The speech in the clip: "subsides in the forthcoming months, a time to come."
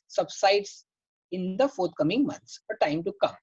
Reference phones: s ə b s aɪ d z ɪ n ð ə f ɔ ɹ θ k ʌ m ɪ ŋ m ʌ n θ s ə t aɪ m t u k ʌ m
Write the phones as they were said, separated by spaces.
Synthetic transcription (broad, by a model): s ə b s aɪ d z ɪ n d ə f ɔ ɹ t k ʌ m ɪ ŋ m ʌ n t s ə t aɪ m t u k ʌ m